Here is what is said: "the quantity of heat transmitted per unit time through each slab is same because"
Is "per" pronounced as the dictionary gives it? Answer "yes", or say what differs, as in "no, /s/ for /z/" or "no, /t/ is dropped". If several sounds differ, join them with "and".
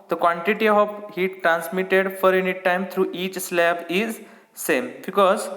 no, /f/ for /p/